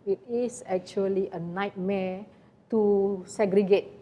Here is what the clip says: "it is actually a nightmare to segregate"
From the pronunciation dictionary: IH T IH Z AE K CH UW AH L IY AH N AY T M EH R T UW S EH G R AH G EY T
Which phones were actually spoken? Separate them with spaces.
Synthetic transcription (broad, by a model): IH T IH S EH K CH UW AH L IY AH N AY T M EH T UW S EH G R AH G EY T